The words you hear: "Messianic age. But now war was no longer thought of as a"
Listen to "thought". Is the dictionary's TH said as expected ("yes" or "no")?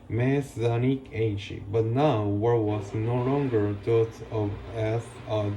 no